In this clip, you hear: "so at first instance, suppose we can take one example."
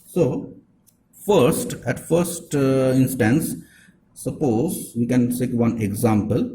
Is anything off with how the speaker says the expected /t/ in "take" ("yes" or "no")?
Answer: yes